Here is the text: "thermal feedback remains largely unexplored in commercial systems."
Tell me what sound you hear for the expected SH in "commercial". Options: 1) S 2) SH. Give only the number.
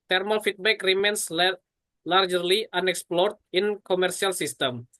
1